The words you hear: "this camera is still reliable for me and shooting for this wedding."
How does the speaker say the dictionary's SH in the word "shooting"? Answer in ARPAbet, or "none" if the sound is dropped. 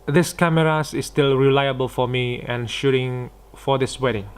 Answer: SH